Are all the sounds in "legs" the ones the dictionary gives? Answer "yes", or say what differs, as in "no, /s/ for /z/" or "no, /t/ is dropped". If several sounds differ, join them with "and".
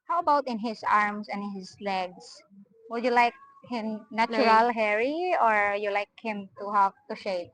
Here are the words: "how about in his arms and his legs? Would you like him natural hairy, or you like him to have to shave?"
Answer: no, /s/ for /z/